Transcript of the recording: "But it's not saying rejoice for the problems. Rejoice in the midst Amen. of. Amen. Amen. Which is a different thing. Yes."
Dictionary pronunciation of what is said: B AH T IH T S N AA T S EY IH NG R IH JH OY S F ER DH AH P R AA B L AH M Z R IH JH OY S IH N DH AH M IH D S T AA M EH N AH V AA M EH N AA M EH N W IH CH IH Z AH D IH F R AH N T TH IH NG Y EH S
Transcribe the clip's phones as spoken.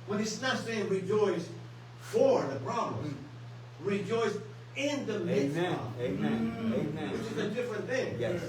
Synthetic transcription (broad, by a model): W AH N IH S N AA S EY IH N R IH JH OY S F ER DH AH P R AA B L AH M R IH JH OY S IH N DH AH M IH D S AA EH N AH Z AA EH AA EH W IH CH IH Z AH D IH F R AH N TH IH NG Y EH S